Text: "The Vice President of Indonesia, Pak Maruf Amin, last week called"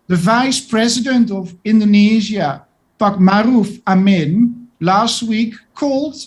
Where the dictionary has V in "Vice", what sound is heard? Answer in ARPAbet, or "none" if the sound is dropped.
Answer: V